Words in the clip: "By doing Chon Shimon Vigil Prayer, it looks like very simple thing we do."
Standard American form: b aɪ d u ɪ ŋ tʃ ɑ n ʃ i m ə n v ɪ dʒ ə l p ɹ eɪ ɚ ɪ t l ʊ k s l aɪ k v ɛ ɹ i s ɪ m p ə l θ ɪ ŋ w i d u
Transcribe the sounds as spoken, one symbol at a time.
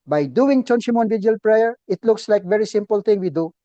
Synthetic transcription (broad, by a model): b aɪ d u ɪ ŋ tʃ ɑ n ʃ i m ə n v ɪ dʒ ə l p ɹ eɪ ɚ ɪ t l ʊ k s l aɪ k v ɛ ɹ i s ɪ m p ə l t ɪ ŋ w i d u